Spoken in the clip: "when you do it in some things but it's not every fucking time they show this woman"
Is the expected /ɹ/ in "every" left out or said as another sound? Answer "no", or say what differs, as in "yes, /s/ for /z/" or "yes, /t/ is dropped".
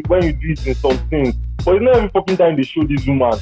yes, /ɹ/ is dropped